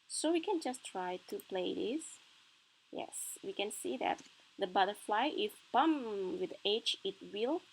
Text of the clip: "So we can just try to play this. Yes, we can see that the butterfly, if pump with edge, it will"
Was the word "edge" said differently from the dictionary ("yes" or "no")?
yes